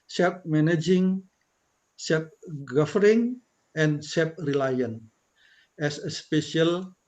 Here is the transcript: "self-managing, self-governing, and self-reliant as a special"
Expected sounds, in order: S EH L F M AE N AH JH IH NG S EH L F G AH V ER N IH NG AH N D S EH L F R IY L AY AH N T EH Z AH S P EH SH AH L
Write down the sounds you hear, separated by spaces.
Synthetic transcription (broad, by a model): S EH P M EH N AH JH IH NG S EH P G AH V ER IH NG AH N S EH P R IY L AY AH N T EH S AH S P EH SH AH L